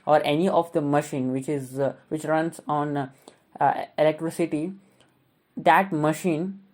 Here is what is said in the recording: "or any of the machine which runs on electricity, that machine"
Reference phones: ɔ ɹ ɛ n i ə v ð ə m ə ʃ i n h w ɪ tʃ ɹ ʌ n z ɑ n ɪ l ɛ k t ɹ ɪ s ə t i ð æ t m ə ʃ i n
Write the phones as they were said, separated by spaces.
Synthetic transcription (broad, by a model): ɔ ɹ ɛ n i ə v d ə m ə ʃ i n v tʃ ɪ tʃ ɹ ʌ n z ɑ n ɪ l ɛ k t ɹ ɪ s ə t i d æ t m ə ʃ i n